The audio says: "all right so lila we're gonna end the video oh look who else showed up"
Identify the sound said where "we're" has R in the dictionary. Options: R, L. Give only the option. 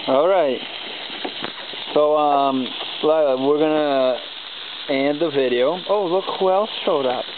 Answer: R